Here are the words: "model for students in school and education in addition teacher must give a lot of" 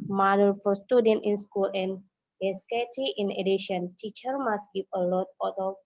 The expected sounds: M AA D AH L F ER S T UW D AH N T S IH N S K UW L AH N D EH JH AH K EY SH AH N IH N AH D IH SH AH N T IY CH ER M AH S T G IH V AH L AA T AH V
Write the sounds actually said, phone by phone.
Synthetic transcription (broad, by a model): M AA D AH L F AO S T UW D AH N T IH N S K UW L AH N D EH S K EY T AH IH N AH D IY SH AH N T IY CH ER M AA S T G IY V AH L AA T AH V